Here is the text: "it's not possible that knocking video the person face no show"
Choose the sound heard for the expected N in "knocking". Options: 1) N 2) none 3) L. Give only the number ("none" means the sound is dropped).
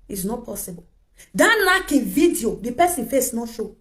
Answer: 3